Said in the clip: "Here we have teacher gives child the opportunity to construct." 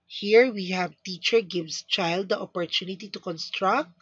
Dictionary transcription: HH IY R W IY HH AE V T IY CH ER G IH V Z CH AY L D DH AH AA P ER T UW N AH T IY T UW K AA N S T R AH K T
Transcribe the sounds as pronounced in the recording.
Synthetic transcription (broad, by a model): HH IY R W IY HH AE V T IY CH ER G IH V S CH AY L D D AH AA P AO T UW N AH T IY T UW K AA N S T R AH K T